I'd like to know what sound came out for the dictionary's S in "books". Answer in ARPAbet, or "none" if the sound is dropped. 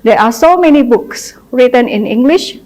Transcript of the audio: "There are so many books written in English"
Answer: S